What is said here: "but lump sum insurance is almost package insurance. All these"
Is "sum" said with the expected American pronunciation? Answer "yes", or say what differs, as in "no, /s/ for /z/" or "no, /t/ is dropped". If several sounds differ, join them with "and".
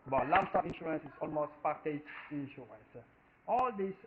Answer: no, /m/ is dropped